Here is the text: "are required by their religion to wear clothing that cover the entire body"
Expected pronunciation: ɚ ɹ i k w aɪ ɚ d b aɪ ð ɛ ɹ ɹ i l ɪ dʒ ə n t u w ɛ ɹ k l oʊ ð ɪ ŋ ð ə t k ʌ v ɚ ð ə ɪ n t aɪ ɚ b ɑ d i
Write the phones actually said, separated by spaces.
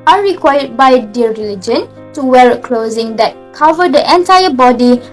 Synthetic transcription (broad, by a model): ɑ ɹ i k w aɪ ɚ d b aɪ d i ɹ ɹ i l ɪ dʒ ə n t u w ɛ l k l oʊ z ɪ ŋ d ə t k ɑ v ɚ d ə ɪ n t aɪ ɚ b ɑ d i